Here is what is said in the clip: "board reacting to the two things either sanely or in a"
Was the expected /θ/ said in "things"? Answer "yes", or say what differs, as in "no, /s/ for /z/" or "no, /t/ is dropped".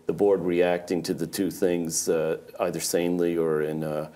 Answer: yes